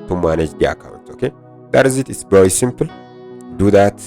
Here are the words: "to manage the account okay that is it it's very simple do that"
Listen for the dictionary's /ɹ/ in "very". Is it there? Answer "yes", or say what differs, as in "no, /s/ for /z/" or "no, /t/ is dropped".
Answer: no, /w/ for /ɹ/